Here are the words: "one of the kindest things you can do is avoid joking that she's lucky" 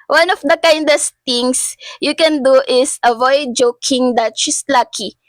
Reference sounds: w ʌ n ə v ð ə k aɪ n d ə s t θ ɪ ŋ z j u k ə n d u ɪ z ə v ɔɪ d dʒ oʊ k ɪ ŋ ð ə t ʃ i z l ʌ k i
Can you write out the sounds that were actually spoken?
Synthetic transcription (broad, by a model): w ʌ n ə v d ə k aɪ n d ə s t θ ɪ ŋ s j u k ə n d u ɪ s ə v ɔɪ d dʒ oʊ k ɪ ŋ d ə t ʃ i s l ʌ k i